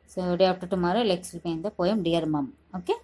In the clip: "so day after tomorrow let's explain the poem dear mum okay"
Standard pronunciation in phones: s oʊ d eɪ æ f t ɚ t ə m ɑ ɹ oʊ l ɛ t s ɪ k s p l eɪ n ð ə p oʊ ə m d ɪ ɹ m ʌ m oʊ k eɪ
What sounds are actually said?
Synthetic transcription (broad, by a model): s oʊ d eɪ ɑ p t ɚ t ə m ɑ ɹ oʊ l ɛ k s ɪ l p eɪ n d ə p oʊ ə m d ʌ ɹ m ʌ m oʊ k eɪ